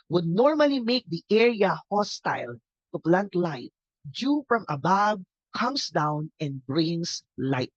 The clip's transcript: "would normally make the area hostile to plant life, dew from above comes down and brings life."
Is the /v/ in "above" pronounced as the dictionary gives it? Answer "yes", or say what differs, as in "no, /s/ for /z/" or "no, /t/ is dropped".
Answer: no, /b/ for /v/